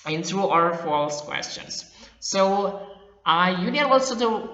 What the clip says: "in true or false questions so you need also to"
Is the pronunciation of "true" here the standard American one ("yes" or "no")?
no